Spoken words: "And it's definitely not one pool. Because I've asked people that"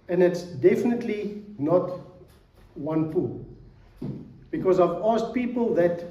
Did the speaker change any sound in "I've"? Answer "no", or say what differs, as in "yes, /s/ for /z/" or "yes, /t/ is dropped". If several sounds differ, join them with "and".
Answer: no